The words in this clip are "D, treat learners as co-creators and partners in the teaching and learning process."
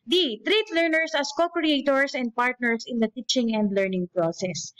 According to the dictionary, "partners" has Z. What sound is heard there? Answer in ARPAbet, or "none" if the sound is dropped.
S